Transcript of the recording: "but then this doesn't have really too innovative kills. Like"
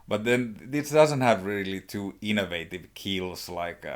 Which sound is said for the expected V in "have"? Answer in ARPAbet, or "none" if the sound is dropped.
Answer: V